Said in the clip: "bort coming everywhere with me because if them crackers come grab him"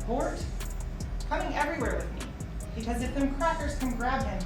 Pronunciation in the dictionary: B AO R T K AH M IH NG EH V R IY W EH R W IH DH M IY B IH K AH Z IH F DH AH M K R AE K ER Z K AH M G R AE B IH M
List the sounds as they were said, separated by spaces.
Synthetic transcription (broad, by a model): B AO R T K AH M IH NG EH V R IY W EH R W IH DH M IY B IH K AH Z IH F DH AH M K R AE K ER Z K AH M G R AE B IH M